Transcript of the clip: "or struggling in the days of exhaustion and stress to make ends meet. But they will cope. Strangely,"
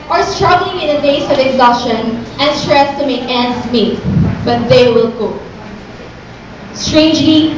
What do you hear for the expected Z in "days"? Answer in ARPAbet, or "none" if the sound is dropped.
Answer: S